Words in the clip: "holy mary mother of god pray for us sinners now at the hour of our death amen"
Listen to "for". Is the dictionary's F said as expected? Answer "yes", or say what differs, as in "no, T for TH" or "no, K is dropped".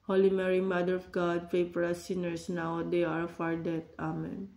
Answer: no, P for F